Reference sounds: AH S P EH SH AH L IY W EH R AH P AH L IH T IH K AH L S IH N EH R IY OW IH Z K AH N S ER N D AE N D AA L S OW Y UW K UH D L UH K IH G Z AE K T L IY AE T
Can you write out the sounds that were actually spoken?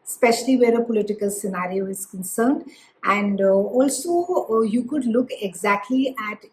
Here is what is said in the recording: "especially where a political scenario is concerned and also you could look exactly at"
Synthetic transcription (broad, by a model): S P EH SH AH L IY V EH R AH P AH L IH T IH K AH L S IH N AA R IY OW IH Z K AH N S ER N D AE N D AA L S OW Y UW K UH D L UH K IH G Z AE K T L IY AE T